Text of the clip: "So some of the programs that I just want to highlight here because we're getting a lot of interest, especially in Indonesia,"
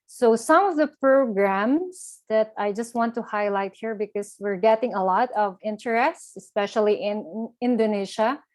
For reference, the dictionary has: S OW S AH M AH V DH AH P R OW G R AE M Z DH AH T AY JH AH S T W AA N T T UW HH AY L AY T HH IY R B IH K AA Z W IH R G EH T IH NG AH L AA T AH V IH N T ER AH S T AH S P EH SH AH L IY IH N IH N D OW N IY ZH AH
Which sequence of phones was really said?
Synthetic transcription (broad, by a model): S OW S AH M AH V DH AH P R OW G R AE M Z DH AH T AY JH AH S T W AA N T T UW HH AY L AY T HH IY R B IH K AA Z W IH R G EH T IH NG AH L AA T AH V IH N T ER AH S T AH S P EH SH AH L IY IH N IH N D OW N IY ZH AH